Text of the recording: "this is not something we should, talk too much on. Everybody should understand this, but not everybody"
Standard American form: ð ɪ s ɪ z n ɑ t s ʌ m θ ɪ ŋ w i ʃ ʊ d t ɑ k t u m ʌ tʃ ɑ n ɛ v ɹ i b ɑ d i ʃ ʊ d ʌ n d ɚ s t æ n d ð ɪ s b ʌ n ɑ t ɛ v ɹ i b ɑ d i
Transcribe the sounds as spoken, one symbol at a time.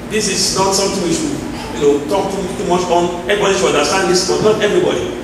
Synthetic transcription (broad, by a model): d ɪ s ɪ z n ɑ t s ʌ m t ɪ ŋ w i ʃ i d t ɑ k t u m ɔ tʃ ɑ n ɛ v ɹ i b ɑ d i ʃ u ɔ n d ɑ s t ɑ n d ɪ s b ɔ n ɑ t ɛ v ɹ i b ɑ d i